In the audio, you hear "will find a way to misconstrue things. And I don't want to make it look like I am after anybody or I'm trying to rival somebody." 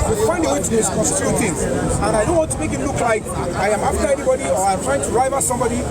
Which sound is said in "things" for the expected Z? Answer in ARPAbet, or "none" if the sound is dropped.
none